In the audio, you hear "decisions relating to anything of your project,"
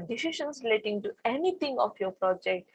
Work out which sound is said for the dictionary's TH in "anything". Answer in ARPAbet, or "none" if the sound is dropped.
T